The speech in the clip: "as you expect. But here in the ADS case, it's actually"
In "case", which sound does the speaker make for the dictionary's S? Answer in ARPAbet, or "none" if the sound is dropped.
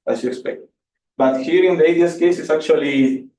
S